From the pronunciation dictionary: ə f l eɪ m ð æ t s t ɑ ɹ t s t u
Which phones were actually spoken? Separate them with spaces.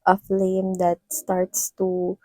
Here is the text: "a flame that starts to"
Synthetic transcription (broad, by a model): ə f l eɪ m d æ t s t ɑ ɹ t s t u